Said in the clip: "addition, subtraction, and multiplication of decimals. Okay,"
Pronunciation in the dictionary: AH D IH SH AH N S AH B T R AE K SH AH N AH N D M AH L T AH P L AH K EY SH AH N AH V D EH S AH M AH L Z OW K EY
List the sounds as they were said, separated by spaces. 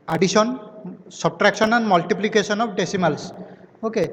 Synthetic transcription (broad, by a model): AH D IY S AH N S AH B T R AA K S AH N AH N M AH L T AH P L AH K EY S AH N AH P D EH S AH M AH L S OW K EY